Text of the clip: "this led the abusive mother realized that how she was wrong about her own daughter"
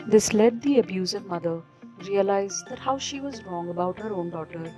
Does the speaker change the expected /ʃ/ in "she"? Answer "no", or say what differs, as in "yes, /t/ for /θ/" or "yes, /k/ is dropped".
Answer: no